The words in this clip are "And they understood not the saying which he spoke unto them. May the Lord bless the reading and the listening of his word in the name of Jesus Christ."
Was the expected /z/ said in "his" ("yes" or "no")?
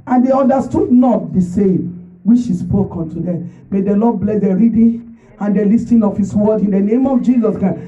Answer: no